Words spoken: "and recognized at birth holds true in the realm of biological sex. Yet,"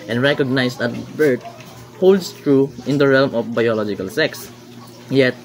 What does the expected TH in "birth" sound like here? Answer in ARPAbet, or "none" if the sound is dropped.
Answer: T